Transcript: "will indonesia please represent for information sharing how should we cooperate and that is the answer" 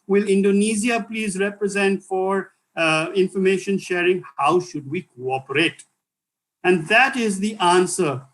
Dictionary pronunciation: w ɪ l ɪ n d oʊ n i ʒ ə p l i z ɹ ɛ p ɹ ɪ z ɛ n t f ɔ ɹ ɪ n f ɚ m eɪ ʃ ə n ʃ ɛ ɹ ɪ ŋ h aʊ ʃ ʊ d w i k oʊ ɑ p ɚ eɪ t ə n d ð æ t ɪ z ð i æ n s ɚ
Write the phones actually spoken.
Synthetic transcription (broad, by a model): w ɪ l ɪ n d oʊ n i z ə p l i z ɹ ɛ p ɹ ɪ z ɛ n t f ɔ ɹ ɪ n f ɚ m eɪ ʃ ə n ʃ ɛ ɹ ɪ ŋ h aʊ ʃ ʊ d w i k oʊ ɑ p ɚ eɪ t ə n d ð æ t ɪ z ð i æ n s ɚ